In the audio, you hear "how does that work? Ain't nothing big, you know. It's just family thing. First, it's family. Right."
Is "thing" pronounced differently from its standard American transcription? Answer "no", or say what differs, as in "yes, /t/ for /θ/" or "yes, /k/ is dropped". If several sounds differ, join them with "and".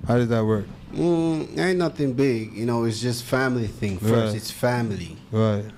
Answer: no